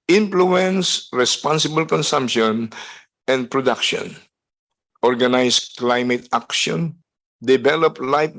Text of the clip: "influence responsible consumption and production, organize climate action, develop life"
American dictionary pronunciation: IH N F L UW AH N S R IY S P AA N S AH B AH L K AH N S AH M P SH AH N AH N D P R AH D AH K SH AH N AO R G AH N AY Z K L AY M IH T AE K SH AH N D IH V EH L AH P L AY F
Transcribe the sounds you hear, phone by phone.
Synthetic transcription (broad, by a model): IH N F L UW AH N S R IY S P AA N S AH B AH L K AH N S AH M P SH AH N AH N D P R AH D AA K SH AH N AO R G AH N AY S K L AY M IH T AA K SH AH N D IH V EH L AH P L AY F